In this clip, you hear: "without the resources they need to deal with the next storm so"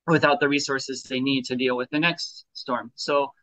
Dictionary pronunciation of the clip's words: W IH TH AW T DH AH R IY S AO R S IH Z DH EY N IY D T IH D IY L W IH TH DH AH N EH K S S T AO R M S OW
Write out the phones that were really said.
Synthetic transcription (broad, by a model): W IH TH AW T DH AH R IY S AO R S IH Z DH EY N IY D T IH D IY L W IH DH AH N EH K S S T AO R M S OW